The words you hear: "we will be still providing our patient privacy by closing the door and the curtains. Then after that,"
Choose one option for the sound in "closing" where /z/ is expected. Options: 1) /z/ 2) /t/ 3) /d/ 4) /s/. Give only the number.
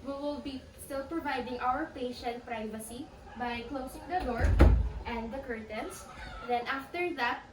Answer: 4